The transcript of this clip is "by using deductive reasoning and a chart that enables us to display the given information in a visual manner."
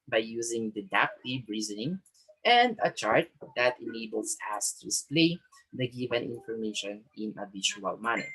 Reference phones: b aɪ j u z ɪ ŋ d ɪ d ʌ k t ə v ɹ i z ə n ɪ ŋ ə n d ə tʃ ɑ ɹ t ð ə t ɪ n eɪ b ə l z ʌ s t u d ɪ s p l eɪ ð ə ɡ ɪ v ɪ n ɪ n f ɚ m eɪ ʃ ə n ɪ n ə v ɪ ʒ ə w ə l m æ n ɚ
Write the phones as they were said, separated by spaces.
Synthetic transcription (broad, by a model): b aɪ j u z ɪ ŋ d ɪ d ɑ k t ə b ɹ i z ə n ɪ ŋ ə n d ə tʃ ɑ ɹ t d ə t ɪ n eɪ b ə l s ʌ s t u d ɪ s p l eɪ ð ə ɡ ɪ v ɪ n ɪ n f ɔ m eɪ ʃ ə n ɪ n ə b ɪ ʃ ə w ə l m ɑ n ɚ